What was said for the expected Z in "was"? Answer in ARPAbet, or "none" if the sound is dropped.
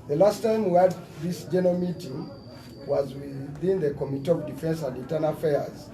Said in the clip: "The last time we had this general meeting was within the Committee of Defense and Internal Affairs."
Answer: Z